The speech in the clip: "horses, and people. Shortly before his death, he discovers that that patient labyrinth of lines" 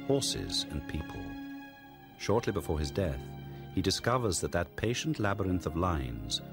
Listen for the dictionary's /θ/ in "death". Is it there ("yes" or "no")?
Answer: yes